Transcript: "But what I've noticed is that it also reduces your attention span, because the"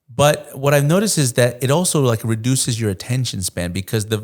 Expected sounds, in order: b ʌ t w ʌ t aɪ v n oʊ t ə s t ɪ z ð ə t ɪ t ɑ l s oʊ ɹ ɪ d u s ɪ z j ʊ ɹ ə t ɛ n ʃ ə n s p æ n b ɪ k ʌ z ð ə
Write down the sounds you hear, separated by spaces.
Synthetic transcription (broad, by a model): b ʌ t w ʌ t aɪ v n oʊ t ə s t ɪ z ð ə t ɪ t ɑ l s oʊ ɹ ɪ d u s ɪ z j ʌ ɹ ə t ɛ n ʃ ə n s p æ n b ɪ k ʌ z ð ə